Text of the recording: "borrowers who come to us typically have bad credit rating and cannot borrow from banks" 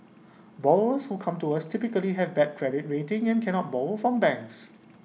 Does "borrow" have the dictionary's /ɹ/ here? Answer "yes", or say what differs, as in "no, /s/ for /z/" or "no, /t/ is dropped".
no, /ɹ/ is dropped